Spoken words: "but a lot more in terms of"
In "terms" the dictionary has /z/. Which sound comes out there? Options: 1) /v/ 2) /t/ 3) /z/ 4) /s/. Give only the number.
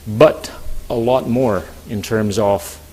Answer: 3